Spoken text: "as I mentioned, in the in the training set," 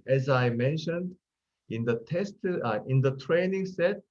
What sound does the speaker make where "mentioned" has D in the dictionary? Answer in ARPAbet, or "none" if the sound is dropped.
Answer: D